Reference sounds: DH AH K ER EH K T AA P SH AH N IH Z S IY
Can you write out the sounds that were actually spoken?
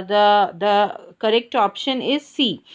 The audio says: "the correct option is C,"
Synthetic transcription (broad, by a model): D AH K ER EH K T AA P SH AH N IH Z S IY